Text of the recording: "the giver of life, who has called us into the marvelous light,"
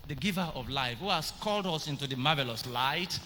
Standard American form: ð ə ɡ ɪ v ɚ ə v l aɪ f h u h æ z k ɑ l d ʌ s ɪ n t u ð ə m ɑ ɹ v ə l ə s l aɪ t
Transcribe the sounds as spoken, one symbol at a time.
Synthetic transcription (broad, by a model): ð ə ɡ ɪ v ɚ ə v l aɪ f h u h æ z k ɑ l d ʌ s ɪ n t u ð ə m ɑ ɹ v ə l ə s l aɪ t